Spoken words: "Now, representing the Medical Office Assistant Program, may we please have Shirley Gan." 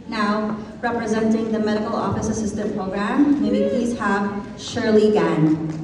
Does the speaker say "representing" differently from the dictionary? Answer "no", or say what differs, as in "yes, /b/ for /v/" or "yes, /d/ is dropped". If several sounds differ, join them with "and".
no